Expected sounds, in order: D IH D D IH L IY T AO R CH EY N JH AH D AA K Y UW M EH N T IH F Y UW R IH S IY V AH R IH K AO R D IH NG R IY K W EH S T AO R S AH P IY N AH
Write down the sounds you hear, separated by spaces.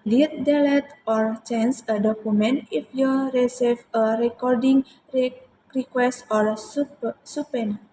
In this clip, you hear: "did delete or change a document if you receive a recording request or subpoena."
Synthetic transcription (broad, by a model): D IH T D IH L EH T AO R CH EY N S AH D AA K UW M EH N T IH F Y UW R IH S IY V AH R IH K AO R D IH NG R IY K W EH S T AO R S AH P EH N